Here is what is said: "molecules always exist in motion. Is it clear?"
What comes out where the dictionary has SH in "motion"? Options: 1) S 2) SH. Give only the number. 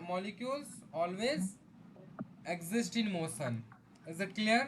1